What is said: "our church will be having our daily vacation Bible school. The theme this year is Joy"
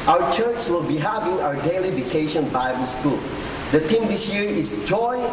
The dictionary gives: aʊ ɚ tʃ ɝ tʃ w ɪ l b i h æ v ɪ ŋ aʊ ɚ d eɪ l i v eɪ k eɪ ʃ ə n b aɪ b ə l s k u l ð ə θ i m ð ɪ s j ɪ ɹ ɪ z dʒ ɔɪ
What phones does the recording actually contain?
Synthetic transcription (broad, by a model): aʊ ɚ tʃ ɝ tʃ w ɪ l b i h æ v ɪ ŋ aʊ ɚ d eɪ l i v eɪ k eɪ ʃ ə n b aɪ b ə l s k u l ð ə t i m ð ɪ s j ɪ ɹ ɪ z dʒ ɔɪ